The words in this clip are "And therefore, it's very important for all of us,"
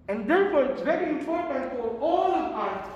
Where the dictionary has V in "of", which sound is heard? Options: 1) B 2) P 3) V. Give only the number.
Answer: 2